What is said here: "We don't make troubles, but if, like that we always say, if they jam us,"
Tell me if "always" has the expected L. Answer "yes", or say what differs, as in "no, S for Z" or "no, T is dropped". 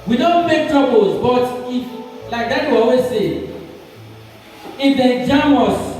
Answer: no, L is dropped